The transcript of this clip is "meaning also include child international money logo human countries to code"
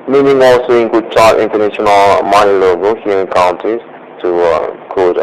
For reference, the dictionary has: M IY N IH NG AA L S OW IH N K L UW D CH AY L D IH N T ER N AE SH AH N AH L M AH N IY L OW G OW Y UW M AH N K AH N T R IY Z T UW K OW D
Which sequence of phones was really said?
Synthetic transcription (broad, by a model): M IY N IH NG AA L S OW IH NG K UW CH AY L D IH N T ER N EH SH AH N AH L M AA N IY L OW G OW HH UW AH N K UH N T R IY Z T UW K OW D